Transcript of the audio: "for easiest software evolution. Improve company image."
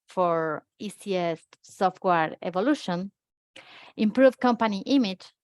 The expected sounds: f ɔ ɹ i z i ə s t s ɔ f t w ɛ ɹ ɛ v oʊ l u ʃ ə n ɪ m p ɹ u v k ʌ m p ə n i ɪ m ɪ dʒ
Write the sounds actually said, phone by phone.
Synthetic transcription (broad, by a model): f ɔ ɹ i s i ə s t s ɔ f t w ɛ ɹ ɛ v oʊ l u ʃ ə n ɪ m p ɹ u v k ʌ m p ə n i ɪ m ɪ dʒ